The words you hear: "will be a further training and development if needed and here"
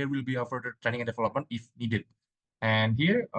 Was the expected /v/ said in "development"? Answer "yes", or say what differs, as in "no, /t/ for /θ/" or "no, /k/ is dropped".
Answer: no, /f/ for /v/